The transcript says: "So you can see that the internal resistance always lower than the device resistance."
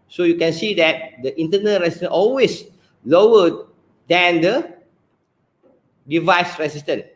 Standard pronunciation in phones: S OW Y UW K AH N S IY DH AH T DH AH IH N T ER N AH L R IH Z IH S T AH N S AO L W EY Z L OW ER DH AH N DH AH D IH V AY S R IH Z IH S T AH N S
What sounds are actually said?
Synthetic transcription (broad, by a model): S OW Y UW K AH N S IY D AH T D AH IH N T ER N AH L R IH S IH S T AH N AO L W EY S L OW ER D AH N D AH D IH V AY S R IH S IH S T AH N